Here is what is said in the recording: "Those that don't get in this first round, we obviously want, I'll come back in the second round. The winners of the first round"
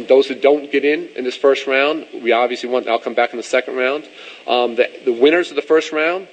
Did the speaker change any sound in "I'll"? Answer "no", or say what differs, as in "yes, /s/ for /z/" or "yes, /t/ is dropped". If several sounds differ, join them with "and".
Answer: no